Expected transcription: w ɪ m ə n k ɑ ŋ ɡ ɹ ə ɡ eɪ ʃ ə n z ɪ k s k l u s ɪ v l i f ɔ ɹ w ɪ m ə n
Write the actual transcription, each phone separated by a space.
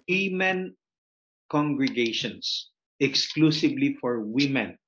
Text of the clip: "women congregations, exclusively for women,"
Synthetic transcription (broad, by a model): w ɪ m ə n k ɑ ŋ ɡ ɹ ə ɡ eɪ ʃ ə n s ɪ k s k l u s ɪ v l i f ɔ ɹ w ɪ m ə n